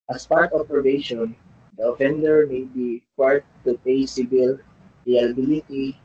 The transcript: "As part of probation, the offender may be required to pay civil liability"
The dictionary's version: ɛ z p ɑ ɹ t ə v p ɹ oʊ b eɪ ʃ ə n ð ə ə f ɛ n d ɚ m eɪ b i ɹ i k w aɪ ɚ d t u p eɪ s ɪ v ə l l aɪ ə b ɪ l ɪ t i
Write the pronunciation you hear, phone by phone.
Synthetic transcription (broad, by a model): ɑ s p ɑ ɹ t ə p oʊ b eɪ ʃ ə n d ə ə f ɛ n d ɚ m eɪ b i i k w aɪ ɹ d t u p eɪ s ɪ b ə l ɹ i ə b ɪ l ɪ t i